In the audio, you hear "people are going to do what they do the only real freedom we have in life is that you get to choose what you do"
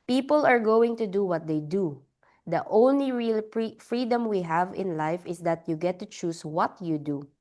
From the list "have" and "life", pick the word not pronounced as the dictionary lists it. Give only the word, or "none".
none